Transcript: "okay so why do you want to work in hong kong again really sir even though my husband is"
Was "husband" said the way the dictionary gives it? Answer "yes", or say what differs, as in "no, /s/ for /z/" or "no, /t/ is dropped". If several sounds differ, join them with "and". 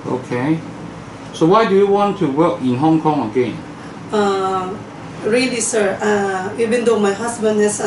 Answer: no, /s/ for /z/